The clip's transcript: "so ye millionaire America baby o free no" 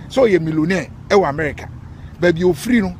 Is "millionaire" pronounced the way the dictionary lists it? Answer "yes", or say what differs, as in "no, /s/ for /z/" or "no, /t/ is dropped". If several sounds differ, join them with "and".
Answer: no, /w/ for /ɹ/